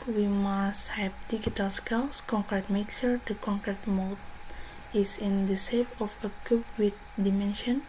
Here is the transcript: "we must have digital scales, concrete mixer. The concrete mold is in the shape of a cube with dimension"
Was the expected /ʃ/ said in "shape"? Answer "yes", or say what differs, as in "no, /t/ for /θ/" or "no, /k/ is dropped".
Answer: no, /s/ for /ʃ/